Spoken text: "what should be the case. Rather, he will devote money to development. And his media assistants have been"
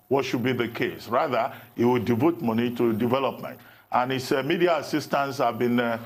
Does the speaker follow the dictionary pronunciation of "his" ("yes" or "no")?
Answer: no